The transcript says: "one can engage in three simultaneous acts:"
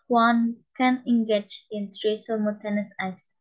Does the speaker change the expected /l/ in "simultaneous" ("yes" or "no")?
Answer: yes